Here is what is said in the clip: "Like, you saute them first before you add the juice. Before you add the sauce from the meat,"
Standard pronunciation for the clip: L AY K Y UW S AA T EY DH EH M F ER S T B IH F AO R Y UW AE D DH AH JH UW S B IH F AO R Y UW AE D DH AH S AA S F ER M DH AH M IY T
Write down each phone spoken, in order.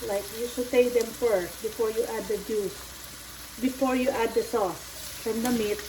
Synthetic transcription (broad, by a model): L AY K Y UW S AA T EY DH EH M F ER S T B IH F AO R Y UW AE D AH JH UW S B IH F AO R Y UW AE D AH S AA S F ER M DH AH M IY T